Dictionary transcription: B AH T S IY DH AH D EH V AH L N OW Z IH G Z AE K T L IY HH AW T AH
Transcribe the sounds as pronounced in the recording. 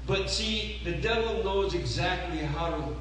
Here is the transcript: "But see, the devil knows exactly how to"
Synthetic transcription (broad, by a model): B AH T S IY DH AH D EH V AH L N OW Z IH G Z AE K T L IY HH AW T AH